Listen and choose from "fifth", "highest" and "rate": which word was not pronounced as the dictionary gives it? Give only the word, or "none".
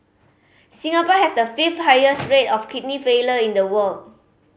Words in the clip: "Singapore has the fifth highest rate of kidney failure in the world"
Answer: fifth